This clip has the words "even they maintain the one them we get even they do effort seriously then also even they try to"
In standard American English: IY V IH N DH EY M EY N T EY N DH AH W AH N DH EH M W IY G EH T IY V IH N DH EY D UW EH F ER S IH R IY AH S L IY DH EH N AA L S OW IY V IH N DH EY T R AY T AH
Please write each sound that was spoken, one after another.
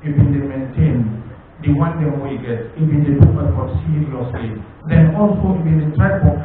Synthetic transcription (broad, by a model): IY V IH N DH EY M EY N T EY N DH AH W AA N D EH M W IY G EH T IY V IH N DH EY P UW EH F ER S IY IY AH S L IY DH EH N AA L S OW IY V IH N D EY T R AY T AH